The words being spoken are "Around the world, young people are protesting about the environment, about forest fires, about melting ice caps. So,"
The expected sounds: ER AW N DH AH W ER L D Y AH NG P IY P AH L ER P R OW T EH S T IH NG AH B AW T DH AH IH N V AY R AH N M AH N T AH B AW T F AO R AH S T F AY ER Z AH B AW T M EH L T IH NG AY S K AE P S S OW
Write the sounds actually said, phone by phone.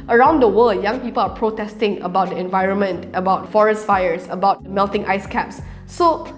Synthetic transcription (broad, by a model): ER AW N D AH W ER L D Y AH NG P IY P AH L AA P R OW T EH S T IH NG AH B AW T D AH IH N V AY R AH N M AH N T AH B AW T F AO R AH S T F AY ER S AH B AW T M EH L T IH NG AY S K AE P S S OW